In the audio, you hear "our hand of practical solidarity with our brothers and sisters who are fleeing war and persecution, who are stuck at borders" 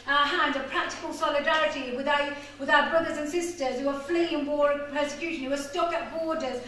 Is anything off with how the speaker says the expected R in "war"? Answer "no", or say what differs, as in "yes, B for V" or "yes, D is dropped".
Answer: no